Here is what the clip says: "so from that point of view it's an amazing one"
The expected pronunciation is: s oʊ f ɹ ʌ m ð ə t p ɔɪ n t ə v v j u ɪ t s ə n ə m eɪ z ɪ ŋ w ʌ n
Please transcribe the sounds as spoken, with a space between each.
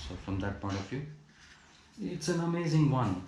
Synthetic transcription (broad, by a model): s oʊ f ɹ ʌ m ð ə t p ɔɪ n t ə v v j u ɪ t s ə n ə m eɪ z ɪ ŋ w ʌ n